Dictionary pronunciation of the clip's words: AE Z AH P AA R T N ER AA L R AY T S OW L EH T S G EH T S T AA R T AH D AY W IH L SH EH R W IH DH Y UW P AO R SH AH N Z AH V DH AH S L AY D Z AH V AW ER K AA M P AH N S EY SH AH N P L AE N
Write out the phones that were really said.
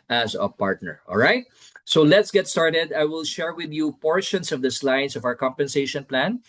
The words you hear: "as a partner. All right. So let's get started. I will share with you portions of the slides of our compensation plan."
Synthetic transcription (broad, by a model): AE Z AH P AA R T N ER AA L R AY T S OW L EH T S G EH T S T AA R T AH D AY W IH L SH EH R W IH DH Y UW P AO R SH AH N S AH V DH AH S L AY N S AH V AW ER K AA M P AH N S EY SH AH N P L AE N